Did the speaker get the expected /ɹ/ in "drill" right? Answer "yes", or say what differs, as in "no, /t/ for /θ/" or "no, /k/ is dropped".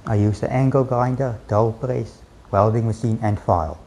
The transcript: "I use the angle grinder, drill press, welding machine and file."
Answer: no, /ɹ/ is dropped